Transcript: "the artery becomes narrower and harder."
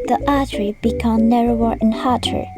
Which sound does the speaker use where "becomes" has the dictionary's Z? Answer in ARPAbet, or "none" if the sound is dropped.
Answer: none